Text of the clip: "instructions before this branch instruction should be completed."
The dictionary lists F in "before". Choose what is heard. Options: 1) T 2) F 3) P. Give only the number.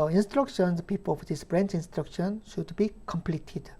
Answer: 3